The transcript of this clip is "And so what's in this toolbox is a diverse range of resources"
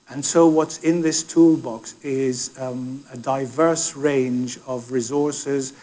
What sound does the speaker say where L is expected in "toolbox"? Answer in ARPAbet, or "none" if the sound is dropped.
L